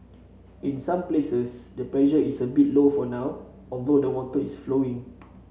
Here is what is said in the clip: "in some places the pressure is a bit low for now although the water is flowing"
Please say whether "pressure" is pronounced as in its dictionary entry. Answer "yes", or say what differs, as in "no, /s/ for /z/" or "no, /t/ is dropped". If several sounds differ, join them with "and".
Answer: no, /l/ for /ɹ/